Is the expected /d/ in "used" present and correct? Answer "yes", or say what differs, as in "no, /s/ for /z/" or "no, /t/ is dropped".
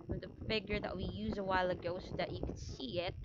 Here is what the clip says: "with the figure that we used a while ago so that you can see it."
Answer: no, /d/ is dropped